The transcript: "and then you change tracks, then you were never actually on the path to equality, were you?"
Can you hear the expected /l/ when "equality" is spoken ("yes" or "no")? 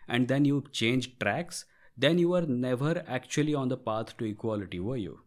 yes